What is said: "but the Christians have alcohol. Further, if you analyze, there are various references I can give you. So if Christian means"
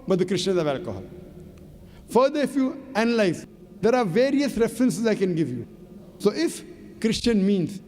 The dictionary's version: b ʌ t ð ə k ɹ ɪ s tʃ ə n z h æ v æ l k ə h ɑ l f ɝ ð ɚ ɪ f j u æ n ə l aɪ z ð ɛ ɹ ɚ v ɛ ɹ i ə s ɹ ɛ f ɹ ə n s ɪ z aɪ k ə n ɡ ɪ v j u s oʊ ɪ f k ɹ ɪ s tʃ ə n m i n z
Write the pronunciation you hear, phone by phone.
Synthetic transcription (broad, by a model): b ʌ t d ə k ɹ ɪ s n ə z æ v æ l k ə h ɑ l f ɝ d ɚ ɪ f j u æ n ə l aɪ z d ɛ ɹ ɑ v ɛ ɹ i ə s ɹ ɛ f ɹ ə n s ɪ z aɪ k ə n ɡ ɪ v j u s oʊ ɪ f k ɹ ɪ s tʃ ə n m i n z